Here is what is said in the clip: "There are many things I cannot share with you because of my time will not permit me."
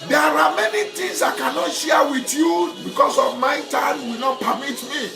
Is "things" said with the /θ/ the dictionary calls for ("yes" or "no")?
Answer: no